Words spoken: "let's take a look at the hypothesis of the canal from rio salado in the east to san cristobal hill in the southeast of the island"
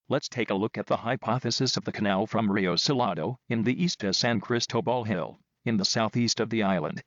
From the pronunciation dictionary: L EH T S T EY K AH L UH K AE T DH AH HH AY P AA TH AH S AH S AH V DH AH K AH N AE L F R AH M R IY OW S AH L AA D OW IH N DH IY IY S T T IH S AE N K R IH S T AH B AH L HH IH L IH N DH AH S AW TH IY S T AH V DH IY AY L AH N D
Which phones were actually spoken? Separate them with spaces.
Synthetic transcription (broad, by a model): L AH T S T EY K AH L UH K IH T DH AH HH AY P AA TH AH S AH S AH V DH AH K AH N AE L F R AH M R IY OW S AH L AA D OW IH N DH IY IY S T T IH S AE N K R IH S T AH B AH L HH IH L IH N DH AH S AW TH IY S T AH V DH IY AY L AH N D